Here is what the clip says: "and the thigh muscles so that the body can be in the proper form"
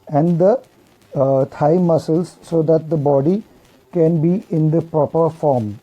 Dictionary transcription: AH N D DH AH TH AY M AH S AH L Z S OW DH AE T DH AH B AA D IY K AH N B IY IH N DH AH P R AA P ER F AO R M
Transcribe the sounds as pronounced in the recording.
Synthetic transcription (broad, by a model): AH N D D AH T AY M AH S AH L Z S OW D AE T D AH B AA D IY K AH N B IY IH N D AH P R AA P ER F AO R M